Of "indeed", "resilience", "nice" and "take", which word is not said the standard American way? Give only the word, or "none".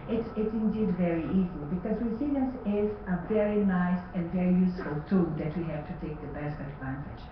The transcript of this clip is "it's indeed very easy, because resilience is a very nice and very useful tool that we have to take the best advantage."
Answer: resilience